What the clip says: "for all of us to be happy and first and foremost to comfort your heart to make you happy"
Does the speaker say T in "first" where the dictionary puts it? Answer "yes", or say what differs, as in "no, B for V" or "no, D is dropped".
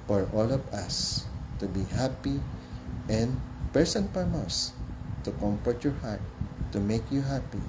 no, T is dropped